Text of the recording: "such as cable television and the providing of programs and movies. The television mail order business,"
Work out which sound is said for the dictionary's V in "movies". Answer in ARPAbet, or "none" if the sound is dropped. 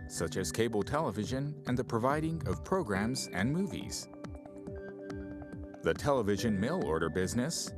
V